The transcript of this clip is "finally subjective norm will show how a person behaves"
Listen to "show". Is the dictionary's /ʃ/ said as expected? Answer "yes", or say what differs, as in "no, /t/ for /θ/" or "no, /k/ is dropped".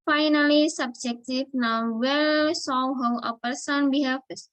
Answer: no, /s/ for /ʃ/